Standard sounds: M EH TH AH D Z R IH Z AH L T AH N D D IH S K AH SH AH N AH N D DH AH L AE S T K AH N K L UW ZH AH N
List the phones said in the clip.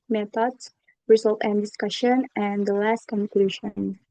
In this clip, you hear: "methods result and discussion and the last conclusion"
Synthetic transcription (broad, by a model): M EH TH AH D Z R IH Z AH L T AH N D D IH S K AH SH AH N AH N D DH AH L AE S T K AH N K L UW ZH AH N